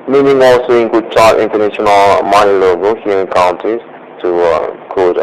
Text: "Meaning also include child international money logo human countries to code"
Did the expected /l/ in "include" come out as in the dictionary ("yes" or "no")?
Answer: no